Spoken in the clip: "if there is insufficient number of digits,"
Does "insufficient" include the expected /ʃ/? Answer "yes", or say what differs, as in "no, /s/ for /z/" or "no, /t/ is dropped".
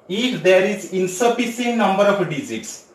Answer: no, /s/ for /ʃ/